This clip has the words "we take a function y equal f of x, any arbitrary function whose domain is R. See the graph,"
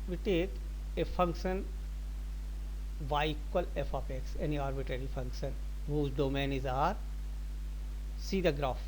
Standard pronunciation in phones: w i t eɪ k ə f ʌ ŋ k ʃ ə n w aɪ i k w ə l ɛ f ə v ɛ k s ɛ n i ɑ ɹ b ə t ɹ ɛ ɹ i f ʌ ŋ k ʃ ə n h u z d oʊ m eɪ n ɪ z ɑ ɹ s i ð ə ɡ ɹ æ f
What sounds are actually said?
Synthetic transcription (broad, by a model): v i t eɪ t ə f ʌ ŋ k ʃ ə n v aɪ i k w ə l ɛ f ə p ɛ k s ɛ n i ɑ ɹ b ə t ɹ ɛ ɹ i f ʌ ŋ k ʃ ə n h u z d oʊ m eɪ n ɪ z ɑ ɹ s i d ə ɡ ɹ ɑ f